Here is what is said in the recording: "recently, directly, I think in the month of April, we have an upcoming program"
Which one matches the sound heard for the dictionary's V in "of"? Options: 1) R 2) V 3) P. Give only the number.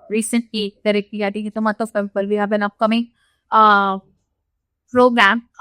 3